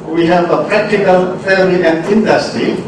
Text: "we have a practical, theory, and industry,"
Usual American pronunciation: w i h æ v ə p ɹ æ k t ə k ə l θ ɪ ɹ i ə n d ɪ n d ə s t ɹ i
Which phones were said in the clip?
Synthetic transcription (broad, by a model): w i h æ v ə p ɹ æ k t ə k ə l f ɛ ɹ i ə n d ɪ n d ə s t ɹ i